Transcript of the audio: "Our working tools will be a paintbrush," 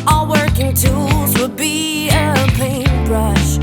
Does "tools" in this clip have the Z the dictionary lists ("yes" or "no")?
yes